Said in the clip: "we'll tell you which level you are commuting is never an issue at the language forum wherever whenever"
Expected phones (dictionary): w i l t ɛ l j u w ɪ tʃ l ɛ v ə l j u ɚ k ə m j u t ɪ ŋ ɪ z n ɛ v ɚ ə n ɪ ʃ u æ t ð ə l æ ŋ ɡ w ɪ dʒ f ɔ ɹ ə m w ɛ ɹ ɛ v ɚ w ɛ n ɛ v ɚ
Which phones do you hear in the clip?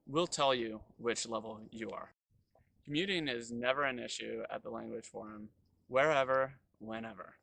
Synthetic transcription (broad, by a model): w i l t ɛ l j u w ɪ tʃ l ɛ v l j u ɚ k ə m j u t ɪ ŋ ɪ z n ɛ v ɚ ə n ɪ ʃ u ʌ t ð ə l æ ŋ ɡ w ɪ dʒ f ɔ ɹ ə m w ɛ ɹ ɛ v ɚ w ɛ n ɛ v ɚ